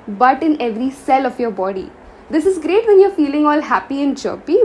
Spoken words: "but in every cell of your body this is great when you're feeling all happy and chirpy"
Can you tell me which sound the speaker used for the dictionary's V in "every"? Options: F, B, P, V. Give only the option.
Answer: V